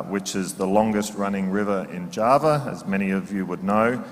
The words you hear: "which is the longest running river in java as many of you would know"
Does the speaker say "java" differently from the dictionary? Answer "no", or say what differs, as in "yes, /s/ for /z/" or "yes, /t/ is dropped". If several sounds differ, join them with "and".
no